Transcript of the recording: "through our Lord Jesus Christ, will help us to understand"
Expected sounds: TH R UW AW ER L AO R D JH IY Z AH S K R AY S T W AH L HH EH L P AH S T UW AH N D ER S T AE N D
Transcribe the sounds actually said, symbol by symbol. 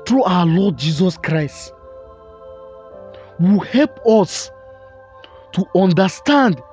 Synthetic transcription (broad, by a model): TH R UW AW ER L AO D JH IY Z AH S K R AY S T W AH HH EH L P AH S T UW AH N D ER S T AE N D